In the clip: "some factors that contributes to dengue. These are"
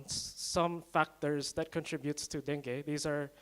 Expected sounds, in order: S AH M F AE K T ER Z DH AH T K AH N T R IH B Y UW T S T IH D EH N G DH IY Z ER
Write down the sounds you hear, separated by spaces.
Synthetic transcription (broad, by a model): S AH M F AE K T ER Z DH AH T K AH N T R IH B Y UW T S T IH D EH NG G DH IY Z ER